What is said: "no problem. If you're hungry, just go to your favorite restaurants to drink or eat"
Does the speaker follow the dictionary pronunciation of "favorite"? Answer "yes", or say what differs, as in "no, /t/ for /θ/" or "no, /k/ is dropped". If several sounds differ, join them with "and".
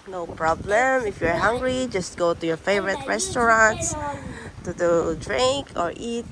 yes